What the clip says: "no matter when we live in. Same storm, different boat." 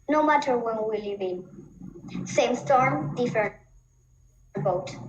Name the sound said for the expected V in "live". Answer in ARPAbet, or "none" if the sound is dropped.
B